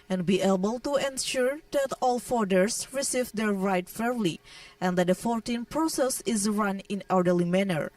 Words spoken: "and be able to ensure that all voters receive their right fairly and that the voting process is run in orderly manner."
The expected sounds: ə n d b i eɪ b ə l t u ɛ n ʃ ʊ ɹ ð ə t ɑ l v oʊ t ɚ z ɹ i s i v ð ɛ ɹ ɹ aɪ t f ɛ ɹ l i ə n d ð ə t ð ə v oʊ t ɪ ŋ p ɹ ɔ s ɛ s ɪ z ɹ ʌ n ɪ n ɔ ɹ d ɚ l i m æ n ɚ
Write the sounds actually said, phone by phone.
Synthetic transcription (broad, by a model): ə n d b i eɪ b ə l t u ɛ n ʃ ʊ ɹ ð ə t ɑ l f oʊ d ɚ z ɹ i s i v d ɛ ɹ ɹ aɪ t f ɛ ɹ l i ə n d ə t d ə f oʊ t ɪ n p ɹ ɔ s ɛ s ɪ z ɹ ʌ n ɪ n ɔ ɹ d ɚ l i m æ n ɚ